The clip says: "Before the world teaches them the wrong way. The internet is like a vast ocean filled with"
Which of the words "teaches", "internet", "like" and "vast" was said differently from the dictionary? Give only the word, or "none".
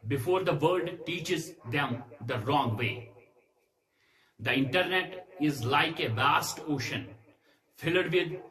none